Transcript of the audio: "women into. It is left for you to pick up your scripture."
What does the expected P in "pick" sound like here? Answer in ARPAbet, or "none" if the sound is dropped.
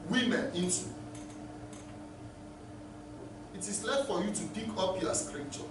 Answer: B